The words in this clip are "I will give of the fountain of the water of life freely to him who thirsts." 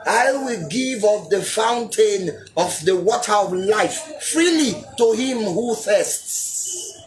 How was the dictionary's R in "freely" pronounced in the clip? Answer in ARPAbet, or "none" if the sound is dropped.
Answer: R